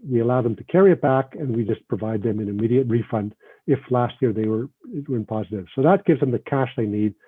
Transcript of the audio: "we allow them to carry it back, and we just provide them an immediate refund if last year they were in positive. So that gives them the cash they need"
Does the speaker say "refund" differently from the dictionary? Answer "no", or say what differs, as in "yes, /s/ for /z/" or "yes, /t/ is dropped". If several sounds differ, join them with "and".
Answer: no